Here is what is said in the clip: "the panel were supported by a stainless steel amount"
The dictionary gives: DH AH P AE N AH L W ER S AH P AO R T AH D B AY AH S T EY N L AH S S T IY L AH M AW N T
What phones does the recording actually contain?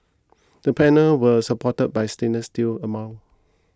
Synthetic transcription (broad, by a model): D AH P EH N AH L W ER S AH P AO T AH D B AY S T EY N AH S S T IY L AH M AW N